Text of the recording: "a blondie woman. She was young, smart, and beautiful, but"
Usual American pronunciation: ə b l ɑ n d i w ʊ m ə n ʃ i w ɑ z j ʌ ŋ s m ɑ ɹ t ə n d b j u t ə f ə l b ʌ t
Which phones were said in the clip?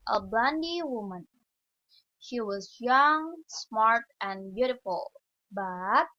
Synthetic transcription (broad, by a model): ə b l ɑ n d i w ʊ m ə n ʃ i w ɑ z j ʌ ŋ s m ɑ ɹ t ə n b j u t ə f ə l b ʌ t